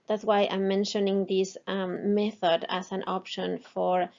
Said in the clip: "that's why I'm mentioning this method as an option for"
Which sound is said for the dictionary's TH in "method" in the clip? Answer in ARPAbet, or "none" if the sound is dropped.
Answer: TH